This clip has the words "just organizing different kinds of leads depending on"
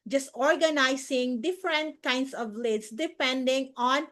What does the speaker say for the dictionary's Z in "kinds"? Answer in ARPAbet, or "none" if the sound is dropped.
S